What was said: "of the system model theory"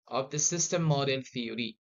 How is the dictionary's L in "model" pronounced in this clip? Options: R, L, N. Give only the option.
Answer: N